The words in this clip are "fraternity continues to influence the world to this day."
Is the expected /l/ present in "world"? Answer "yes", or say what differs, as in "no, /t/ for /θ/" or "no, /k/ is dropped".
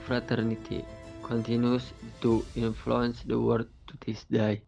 no, /l/ is dropped